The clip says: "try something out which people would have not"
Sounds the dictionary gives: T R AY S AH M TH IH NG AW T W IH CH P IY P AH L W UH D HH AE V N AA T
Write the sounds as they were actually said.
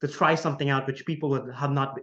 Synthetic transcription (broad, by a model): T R AY S AH M TH IH NG AW T W IH CH P IY P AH L W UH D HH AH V N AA T